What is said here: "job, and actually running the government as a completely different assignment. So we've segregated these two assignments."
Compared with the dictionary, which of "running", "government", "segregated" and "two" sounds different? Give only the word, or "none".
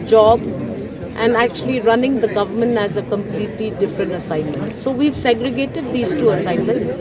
none